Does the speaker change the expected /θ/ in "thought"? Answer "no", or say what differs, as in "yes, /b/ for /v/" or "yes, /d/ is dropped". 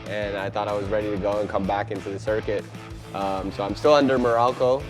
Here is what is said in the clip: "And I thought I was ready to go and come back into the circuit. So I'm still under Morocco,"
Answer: no